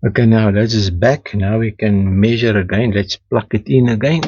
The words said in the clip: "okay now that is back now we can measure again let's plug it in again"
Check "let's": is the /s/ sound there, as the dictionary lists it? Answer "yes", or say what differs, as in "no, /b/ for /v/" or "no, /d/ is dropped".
yes